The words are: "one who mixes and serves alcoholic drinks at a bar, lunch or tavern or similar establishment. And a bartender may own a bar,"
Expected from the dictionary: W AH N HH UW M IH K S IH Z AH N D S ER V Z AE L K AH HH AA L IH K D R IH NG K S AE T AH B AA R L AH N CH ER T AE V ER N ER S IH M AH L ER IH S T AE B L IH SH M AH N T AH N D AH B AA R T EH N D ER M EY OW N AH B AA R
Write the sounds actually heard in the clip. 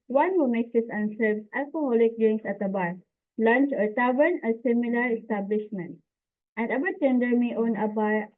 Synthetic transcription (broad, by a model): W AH N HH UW M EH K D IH S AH N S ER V S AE L K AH HH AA L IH K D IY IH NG S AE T AH B AA R L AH N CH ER T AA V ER N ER S IH M AH L ER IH S T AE B L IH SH M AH N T AH N D AH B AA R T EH N D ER M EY OW N AH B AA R